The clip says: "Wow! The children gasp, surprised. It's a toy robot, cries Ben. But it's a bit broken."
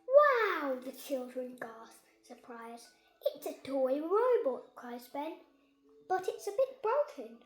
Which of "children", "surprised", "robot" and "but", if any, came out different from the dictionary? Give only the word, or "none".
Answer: surprised